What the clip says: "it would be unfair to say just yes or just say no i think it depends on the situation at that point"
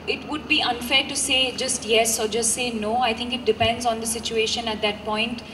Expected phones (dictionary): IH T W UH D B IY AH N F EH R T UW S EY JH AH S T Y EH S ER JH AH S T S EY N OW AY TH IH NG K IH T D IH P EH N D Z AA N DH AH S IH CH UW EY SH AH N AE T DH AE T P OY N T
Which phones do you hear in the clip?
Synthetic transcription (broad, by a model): IH T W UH D B IY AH N F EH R T UW S EY JH AH S T Y EH S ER JH AH S T S EY N OW AY T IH NG K IH T D IH P EH N D Z AA N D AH S IH CH UW EY SH AH N AE T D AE T P OY N T